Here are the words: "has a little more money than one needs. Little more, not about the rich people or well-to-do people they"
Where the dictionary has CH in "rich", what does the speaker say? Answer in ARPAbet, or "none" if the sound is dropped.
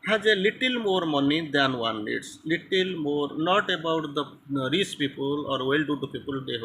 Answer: S